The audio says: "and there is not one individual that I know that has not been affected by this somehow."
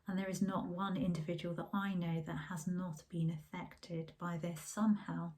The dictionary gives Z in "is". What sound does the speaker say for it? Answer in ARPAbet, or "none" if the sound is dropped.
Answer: Z